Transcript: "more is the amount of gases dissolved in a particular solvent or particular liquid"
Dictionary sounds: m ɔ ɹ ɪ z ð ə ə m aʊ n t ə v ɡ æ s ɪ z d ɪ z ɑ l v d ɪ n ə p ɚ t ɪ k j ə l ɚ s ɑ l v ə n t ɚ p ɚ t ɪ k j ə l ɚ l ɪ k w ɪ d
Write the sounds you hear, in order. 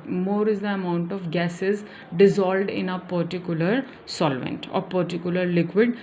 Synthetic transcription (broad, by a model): m ɔ ɹ ɪ z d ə ə m aʊ n t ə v ɡ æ s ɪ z d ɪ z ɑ l d ɪ n ə p ɚ t ɪ k j ə l ɚ s ɑ l v ə n t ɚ p ɚ t ɪ k j ə l ɚ l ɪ k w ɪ d